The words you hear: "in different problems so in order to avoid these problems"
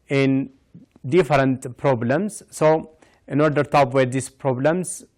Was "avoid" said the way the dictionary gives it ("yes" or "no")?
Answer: no